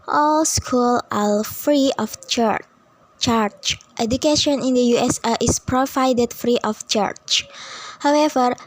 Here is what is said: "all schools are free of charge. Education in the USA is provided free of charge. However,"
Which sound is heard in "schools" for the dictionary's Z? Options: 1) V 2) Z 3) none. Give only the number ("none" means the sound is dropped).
3